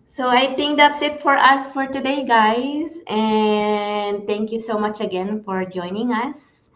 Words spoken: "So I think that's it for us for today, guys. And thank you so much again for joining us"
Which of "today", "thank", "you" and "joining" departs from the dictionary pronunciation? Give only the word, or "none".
thank